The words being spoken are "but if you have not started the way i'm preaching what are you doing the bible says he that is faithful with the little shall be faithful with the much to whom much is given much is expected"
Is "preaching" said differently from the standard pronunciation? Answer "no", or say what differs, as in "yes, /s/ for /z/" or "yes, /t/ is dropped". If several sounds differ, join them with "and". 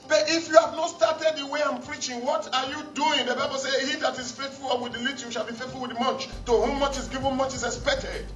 no